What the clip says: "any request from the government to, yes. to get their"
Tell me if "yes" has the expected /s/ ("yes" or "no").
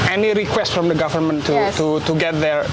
no